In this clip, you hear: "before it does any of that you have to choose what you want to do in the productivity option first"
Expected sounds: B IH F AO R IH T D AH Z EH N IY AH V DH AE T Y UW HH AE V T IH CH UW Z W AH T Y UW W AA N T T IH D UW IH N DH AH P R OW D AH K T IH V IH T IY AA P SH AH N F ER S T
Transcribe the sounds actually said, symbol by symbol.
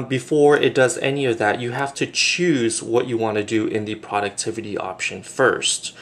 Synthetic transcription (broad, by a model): B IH F AO R IH T D AH Z EH N IY AH V DH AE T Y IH HH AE F T IH CH UW Z W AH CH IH W AA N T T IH D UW IH N DH AH P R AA D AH K T IH V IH T IY AA P SH AH N F ER S T